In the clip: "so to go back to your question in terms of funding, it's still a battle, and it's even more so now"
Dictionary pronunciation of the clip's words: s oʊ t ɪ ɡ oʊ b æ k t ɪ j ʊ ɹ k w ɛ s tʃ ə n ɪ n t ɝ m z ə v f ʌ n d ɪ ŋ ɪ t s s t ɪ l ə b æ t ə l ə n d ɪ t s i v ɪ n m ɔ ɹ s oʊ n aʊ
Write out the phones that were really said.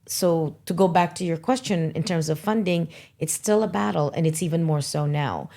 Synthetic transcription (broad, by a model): s oʊ t ɪ ɡ oʊ b æ k t ɪ j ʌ ɹ k w ɛ s tʃ ə n ɪ n t ɝ m z ə v f ʌ n d ɪ ŋ ɪ t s s t ɪ l ə b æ t l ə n ɪ t s i v ɪ n m ɔ ɹ s oʊ n aʊ